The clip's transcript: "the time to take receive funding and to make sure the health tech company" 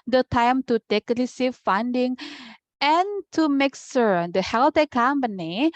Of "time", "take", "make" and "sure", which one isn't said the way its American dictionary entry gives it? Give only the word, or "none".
sure